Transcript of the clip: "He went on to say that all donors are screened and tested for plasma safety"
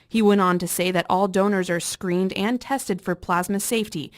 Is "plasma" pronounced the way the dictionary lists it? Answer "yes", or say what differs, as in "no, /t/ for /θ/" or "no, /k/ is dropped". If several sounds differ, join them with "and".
yes